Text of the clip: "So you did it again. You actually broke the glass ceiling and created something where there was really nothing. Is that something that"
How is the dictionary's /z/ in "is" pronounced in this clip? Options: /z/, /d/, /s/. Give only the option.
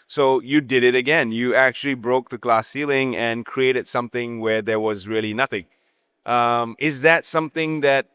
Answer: /z/